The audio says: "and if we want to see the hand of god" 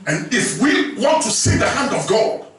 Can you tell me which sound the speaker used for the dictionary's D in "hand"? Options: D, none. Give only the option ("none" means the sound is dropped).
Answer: D